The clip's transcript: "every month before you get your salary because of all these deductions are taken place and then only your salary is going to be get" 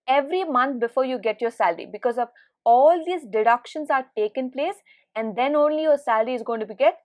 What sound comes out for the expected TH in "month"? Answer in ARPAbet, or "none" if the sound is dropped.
T